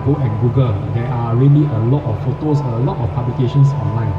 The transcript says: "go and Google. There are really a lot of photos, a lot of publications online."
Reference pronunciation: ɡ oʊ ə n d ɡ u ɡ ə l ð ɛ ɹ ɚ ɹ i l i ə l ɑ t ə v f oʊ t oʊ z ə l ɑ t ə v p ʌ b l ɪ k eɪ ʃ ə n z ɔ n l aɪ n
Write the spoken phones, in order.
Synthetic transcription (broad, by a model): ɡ oʊ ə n ɡ u ɡ ə l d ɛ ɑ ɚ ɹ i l i ə l ɑ t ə f f oʊ t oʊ s ə l ɑ t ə f p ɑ b l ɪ k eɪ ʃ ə n s ɔ n l aɪ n